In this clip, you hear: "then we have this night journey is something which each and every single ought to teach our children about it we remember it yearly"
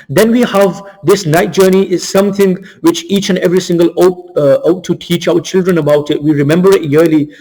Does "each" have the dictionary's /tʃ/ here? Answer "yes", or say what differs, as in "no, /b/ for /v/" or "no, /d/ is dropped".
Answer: yes